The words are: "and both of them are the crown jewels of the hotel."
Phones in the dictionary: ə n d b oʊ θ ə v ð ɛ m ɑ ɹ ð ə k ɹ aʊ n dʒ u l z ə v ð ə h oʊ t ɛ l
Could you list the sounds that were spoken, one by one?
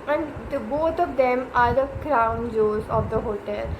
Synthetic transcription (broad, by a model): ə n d b oʊ t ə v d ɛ m ɑ ɹ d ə k ɹ aʊ n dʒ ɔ z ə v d ə h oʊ t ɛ l